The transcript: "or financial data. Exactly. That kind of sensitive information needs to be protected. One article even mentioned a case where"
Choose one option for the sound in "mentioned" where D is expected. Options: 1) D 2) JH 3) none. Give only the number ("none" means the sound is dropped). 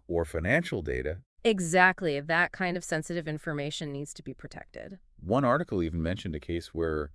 1